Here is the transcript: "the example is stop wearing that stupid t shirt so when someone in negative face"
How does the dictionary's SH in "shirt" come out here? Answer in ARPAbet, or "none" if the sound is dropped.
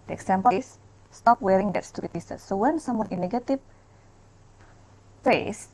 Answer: S